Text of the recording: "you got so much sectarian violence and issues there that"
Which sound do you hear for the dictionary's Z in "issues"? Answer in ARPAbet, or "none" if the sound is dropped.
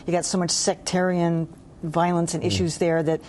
Z